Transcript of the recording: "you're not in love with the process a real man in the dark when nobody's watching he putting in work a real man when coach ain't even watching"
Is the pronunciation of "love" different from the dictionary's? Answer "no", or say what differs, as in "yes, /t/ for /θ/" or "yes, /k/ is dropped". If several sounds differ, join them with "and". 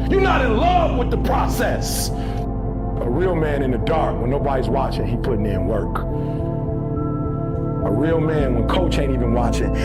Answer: no